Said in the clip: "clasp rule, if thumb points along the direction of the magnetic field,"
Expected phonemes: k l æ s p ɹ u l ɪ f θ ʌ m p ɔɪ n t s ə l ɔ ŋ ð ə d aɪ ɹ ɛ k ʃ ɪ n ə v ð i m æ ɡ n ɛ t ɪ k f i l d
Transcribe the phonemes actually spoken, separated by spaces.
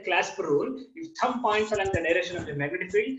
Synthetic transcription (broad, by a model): k l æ s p ɹ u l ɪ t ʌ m p ɔɪ n t s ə l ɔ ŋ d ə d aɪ ɹ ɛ ʃ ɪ n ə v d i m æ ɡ ʌ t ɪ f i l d